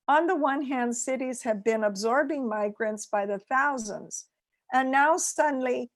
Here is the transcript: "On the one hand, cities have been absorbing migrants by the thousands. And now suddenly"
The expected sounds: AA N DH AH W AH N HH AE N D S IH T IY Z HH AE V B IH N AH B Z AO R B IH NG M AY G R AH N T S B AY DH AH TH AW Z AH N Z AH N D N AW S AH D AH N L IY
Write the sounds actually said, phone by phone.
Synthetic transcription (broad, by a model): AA N DH AH W AH N HH AE N D S IH T IY Z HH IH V B IH N AH B Z AO R B IH NG M AY G R AH N T S B AY DH AH TH AW Z AH N Z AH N N AW S AH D N L IY